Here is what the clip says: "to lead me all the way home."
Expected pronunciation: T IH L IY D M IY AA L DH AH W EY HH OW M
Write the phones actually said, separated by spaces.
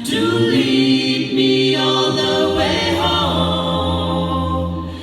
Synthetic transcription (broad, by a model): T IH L IY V M IY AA N DH AH W EY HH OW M